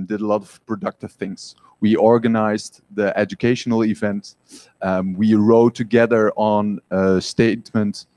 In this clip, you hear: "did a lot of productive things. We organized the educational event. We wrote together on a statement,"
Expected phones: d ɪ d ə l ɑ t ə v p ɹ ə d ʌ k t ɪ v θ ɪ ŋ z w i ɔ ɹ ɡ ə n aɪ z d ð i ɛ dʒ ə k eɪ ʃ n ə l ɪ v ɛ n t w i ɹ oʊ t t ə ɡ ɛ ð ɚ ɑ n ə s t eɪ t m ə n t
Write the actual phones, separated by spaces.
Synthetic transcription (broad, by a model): d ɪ d ə l ɑ t ə v p ɹ ə d ʌ k t ɪ v θ ɪ ŋ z w i ɔ ɹ ɡ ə n aɪ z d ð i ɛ dʒ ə k eɪ ʃ n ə l ɪ v ɛ n t w i ɹ oʊ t t ə ɡ ɛ ð ɚ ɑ n ə s t eɪ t m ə n t